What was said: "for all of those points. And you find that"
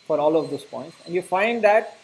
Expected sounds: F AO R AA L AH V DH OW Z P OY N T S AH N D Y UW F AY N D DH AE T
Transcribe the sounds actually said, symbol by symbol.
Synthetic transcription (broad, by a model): F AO R AA L AH V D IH S P OY N T S AH N D Y UW F AY N D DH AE T